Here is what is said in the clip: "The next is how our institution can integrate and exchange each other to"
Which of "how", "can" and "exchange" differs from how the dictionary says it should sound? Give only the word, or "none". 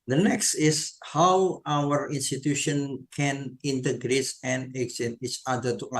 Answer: exchange